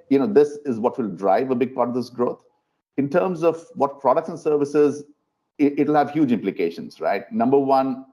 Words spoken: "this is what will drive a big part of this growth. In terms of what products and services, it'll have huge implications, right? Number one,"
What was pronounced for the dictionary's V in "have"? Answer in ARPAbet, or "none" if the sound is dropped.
V